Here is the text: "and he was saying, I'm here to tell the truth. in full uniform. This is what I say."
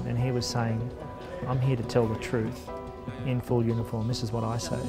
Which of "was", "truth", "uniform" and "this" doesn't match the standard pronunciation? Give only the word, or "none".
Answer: none